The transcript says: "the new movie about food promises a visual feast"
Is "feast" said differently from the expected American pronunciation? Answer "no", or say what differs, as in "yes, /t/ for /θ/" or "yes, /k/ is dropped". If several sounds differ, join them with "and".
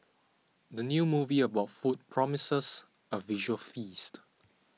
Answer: no